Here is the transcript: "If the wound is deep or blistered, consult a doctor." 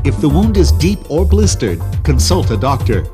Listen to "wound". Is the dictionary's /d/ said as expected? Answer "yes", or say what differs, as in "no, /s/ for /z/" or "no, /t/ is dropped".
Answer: yes